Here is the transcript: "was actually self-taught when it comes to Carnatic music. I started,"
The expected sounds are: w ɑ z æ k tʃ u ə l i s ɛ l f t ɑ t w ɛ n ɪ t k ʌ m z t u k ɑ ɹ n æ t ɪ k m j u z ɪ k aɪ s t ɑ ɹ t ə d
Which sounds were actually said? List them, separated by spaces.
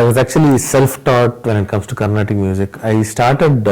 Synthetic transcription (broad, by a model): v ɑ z æ k tʃ u ə l i s ɛ l f t ɑ t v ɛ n ɪ t k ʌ m s t u k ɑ ɹ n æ t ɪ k m j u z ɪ k aɪ s t ɑ ɹ t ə d